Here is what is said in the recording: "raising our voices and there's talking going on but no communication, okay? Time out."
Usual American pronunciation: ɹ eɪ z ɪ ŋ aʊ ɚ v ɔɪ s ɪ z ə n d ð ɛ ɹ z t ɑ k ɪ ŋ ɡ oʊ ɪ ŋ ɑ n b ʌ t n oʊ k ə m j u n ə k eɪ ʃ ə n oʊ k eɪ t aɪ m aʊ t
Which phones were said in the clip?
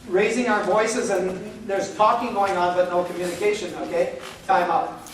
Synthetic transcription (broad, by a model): ɹ eɪ z ɪ ŋ aʊ ɚ v ɔɪ s ɪ z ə n ð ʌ ɹ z t ɑ k ɪ ŋ ɡ oʊ ɪ ŋ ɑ n b ʌ t n oʊ k ə m j u n ə k eɪ ʃ ə n oʊ k eɪ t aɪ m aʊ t